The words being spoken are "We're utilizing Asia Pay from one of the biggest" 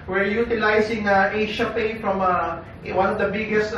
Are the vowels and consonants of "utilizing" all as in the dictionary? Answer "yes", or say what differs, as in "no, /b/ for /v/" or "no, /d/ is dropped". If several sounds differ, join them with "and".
no, /s/ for /z/